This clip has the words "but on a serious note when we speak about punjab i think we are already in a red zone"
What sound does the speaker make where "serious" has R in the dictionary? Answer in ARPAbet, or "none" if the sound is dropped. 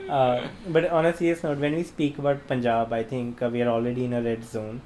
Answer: L